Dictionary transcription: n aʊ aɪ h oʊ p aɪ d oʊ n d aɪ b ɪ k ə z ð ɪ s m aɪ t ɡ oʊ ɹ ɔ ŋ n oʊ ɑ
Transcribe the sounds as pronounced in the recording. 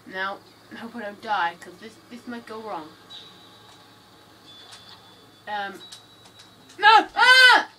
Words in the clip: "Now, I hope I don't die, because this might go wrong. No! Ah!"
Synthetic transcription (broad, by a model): n aʊ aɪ h oʊ p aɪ d oʊ n d aɪ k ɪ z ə s ð ɪ s m aɪ t ɡ oʊ ɹ ɔ ŋ n oʊ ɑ